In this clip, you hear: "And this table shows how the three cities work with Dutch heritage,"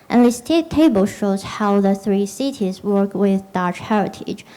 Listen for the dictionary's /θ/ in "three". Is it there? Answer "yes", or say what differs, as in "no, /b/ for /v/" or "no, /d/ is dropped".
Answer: yes